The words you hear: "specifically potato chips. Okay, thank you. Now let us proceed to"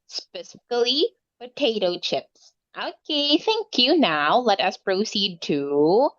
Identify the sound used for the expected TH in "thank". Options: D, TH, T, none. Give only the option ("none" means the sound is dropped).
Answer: TH